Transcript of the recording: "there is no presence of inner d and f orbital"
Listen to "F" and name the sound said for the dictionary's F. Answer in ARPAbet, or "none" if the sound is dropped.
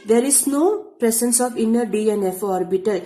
F